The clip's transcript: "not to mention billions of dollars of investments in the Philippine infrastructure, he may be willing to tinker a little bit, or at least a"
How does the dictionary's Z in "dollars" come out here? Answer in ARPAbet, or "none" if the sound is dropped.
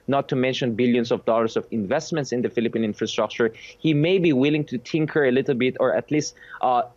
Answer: S